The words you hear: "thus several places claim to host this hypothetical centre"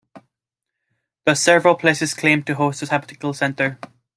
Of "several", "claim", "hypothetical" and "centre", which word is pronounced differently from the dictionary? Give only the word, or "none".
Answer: hypothetical